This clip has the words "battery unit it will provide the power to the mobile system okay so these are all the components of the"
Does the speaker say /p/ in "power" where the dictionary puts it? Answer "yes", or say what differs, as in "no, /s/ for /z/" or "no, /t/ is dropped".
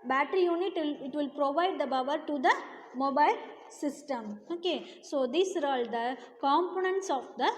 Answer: no, /b/ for /p/